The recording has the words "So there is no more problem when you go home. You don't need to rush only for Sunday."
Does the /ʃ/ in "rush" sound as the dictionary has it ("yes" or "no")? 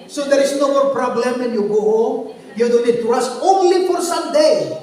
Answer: no